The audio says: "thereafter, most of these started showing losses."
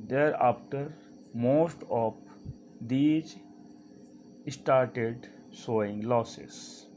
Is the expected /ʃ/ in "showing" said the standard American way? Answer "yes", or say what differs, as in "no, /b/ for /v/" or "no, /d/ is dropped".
no, /s/ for /ʃ/